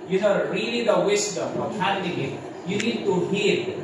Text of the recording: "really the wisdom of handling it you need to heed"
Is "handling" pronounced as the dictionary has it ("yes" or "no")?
no